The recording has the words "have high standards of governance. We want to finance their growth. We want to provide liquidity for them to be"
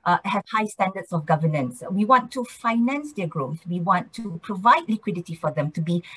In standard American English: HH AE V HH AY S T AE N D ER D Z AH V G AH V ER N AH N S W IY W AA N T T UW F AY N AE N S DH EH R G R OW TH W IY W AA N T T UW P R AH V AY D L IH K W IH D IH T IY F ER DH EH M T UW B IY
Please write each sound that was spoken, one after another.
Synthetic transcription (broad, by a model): HH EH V HH AY S T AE N D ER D S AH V G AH V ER N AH N S W IY W AA N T T UW F AY N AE N S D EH G R OW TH W IY W AA N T T UW P R AH V AY D L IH K W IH D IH T IY F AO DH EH M T UW B IY